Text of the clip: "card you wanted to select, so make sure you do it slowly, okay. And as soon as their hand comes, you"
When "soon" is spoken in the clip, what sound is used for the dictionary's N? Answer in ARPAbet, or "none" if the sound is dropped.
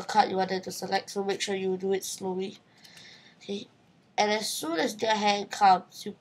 N